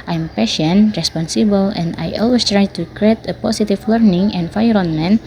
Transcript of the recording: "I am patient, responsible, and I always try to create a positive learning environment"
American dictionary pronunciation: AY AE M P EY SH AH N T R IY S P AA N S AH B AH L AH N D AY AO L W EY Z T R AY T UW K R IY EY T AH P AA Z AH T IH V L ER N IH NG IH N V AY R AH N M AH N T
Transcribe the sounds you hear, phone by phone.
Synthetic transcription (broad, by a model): AY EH M P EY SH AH N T R IY S P AA N S AH B AH L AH N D AY AO L W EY S T R AY T UW K R IY EY T AH P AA S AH T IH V L ER N IH NG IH N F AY R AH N M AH N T